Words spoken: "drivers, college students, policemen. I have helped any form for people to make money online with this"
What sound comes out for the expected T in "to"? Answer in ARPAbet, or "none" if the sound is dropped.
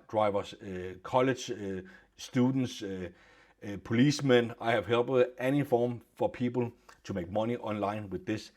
S